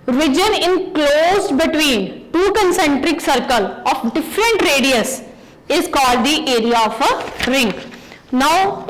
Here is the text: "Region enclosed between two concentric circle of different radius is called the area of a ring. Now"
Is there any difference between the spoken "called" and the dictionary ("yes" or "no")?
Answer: no